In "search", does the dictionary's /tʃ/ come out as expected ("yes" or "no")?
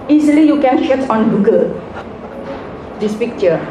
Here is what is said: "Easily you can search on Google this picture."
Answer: no